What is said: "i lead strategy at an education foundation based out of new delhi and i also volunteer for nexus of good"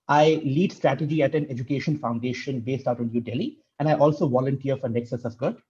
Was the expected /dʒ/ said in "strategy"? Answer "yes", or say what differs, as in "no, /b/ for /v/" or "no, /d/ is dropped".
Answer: yes